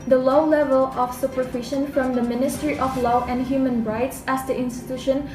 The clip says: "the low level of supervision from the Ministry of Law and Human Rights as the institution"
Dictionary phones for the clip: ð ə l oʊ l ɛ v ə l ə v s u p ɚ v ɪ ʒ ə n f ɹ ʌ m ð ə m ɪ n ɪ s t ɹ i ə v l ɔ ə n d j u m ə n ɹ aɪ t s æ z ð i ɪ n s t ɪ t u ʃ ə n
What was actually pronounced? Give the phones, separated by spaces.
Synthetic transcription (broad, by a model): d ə l oʊ l ɛ v ə l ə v s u p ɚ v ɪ ʃ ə n f ɹ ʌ m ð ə m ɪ n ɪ s t ɹ i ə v l ɔ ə n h j u m ə n ɹ aɪ t s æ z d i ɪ n s t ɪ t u ʃ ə n